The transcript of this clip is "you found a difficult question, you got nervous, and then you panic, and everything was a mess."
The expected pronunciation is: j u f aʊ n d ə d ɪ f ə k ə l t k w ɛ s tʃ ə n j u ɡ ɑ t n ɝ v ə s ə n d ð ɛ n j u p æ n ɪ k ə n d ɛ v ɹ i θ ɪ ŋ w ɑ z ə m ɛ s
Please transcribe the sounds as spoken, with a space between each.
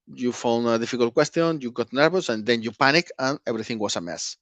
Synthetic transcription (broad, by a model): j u f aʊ n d ə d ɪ f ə k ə l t k w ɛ s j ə n j u ɡ ɑ t n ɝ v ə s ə n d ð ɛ n j u p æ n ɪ k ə n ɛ b ɹ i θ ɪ ŋ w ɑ s ə m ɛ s